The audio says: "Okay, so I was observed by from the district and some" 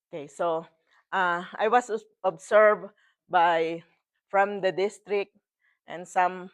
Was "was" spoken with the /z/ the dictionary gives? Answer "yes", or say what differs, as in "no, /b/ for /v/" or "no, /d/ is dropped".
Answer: no, /s/ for /z/